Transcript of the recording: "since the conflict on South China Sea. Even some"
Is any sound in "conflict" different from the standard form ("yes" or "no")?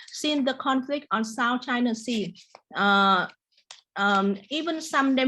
no